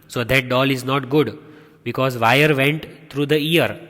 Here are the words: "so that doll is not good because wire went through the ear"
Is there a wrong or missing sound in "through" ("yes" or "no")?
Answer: yes